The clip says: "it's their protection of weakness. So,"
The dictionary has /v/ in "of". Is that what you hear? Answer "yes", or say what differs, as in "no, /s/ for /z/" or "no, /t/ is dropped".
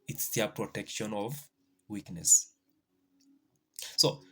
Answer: yes